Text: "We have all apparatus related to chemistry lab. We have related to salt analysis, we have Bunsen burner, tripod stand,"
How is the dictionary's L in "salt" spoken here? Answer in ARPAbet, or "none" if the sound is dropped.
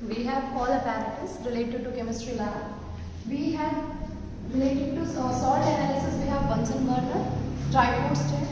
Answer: none